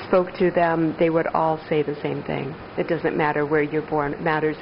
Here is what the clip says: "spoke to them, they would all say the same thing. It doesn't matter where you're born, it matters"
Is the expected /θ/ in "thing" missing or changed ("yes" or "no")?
no